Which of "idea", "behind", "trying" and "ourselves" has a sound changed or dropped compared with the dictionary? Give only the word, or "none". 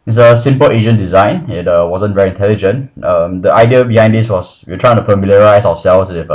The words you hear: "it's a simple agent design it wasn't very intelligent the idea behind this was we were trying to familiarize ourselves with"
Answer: ourselves